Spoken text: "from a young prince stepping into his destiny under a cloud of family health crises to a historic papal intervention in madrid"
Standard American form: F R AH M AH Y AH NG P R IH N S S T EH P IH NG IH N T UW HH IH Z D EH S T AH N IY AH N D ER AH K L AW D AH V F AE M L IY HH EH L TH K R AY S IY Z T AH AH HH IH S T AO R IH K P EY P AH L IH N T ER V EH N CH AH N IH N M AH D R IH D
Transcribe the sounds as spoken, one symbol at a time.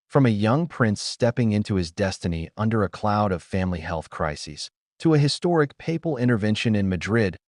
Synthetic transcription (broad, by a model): F R AH M AH Y AH NG P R IH N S S T EH P IH NG IH N T UW IH Z D EH S T AH N IY AH N D ER AH K L AW D AH V F AE M L IY HH EH L TH K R AY S IY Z T AH AH HH IH S T AO R IH K P EY P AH L IH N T ER V EH N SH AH N IH N M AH D R IH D